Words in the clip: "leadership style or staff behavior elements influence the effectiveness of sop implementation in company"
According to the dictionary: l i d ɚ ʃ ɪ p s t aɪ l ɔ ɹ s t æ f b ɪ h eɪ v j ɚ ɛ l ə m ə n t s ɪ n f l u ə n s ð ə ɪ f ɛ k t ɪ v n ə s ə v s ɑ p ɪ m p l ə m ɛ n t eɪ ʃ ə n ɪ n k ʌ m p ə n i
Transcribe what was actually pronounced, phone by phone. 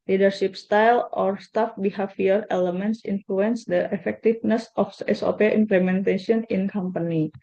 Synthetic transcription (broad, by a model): l i d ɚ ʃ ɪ p s t aɪ l ɔ ɹ s t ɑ f b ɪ h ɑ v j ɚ ɛ l ə m ə n t s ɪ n f l u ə n s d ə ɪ f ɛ k t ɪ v n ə s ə f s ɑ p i m p l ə m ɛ n t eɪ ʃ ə n ɪ n k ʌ m p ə n i